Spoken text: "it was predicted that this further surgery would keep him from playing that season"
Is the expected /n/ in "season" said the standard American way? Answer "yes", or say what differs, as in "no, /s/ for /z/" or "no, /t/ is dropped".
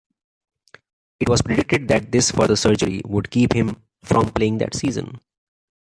yes